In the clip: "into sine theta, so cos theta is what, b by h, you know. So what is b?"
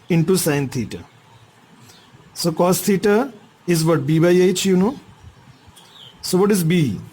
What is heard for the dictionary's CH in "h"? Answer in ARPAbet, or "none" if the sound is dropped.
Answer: CH